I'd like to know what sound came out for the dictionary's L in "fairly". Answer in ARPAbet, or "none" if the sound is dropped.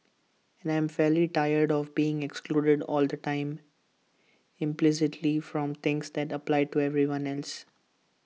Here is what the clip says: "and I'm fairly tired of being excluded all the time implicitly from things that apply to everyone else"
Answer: L